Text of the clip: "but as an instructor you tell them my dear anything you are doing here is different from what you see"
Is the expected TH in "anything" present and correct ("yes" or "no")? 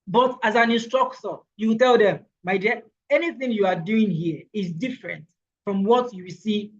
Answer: yes